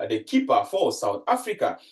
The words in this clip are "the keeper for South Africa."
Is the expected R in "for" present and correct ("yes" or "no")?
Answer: no